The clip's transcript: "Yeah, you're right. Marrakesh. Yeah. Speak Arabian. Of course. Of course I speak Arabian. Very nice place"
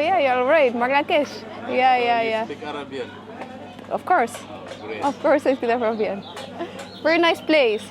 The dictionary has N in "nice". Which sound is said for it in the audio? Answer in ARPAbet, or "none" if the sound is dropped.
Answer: N